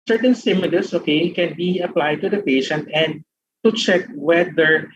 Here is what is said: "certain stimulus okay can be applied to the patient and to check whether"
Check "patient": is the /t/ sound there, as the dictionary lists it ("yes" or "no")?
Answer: yes